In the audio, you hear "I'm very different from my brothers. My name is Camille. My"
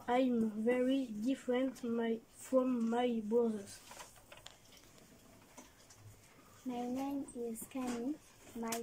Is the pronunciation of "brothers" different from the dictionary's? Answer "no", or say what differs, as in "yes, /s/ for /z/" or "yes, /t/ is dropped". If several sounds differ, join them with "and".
yes, /ɹ/ is dropped